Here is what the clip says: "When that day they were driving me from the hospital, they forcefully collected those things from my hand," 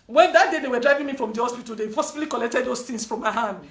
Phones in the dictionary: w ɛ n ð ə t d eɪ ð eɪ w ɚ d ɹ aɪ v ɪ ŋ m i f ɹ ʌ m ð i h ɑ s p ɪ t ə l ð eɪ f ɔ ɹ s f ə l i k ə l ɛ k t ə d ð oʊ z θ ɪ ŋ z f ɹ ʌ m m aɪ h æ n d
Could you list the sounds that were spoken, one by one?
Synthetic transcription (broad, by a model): w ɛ n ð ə t d eɪ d eɪ w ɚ d ɹ aɪ v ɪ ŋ m i f ɹ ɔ m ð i h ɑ s p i t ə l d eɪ p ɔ s ə l i k ə l ɛ k t ə d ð oʊ s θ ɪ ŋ s f ɹ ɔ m m aɪ h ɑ n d